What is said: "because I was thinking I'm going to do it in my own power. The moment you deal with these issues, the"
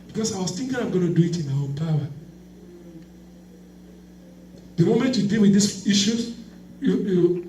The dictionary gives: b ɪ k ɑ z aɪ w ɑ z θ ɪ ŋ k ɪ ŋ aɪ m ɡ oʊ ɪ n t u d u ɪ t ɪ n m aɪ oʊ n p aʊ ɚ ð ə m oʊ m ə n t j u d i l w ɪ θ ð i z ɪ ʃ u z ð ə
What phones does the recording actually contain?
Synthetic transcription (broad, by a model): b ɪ k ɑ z aɪ w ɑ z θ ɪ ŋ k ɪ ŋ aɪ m ɡ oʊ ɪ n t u d u ɪ t ɪ n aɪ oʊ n p aʊ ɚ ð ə m oʊ m ə n t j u d i l w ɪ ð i s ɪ ʃ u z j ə